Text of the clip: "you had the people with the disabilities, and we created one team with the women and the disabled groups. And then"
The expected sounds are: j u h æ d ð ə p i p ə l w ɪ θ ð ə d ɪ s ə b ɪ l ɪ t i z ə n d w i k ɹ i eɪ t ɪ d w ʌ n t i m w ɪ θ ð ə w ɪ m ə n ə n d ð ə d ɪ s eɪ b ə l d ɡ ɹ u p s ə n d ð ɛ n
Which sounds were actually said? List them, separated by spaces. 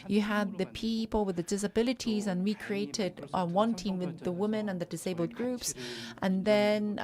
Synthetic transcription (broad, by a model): j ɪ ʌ d ð ə p i p ə l w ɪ ð ə d ɪ s ə b ɪ l ɪ t i z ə n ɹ i k ɹ i eɪ t ɪ d w ʌ n t i m w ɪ ð ə w ɪ m ə n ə n ð ə d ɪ s eɪ b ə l d ɡ ɹ u p s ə n ð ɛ n